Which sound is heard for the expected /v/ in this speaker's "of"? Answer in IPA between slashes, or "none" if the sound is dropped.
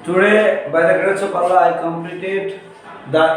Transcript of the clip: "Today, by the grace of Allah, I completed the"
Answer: /p/